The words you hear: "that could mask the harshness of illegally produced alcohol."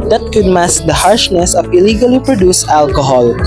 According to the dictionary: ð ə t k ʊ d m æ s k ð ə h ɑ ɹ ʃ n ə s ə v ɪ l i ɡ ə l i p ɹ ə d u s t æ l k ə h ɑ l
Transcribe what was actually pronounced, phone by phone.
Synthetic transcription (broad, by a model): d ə t k ʊ d m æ s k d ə h ɑ ɹ ʃ n ə s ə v ɪ l i ɡ ə l i p ɹ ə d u s æ l k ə h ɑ l